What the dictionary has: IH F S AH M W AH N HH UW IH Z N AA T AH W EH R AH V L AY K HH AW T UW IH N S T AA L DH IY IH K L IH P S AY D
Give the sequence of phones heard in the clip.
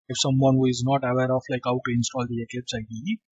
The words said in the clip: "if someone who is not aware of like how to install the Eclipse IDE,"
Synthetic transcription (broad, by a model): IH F S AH M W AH N HH UW IH Z N AA T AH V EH R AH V L AY K HH AW T UW IH N S T AA L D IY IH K IH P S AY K